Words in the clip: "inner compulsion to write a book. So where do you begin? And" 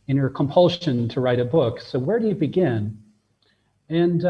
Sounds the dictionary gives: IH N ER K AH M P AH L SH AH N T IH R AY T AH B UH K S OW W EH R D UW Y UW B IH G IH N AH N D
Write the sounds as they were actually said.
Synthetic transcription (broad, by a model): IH N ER K AH M P AH L SH AH N T IH R AY T AH B UH K S OW W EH R D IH Y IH B IH G IH N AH N